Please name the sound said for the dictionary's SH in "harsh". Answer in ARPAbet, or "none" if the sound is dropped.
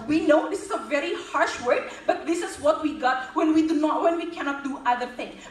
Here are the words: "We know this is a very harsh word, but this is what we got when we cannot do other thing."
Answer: SH